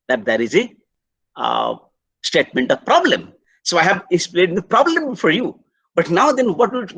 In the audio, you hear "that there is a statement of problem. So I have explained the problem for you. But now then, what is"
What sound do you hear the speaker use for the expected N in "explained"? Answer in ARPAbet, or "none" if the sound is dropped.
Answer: none